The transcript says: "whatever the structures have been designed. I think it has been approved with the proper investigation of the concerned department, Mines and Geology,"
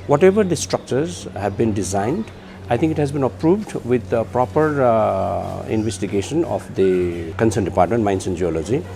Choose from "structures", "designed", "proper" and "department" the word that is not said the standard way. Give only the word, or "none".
none